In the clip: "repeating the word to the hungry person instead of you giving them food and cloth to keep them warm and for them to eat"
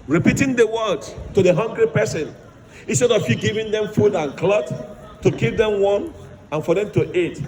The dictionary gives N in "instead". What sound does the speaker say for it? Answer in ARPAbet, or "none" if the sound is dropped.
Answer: N